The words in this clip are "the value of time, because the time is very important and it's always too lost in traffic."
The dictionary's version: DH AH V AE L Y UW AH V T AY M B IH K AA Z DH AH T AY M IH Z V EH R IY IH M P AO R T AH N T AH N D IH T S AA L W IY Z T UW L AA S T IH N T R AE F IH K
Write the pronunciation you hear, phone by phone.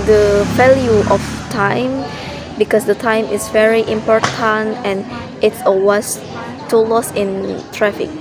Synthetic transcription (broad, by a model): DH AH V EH L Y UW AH F T AY M B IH K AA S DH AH T AY M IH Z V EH R IY IH M P AO R T AH N T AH N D IH T S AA W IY S T UW L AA S IH N T R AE F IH K